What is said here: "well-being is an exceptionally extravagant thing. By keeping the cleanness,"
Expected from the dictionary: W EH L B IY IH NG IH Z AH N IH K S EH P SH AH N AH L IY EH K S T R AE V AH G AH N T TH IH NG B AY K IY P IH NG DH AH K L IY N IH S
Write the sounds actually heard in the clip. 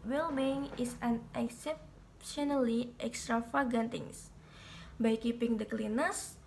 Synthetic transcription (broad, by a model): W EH L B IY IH NG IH S AH N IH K S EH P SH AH N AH L IY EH K S T R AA F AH G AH N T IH NG B AY K IY P IH NG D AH K L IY N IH S